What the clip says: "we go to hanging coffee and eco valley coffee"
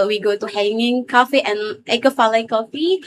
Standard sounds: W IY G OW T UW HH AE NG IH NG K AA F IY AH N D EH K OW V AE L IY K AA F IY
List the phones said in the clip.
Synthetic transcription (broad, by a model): W IY G OW T UW HH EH NG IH NG K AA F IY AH N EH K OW F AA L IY K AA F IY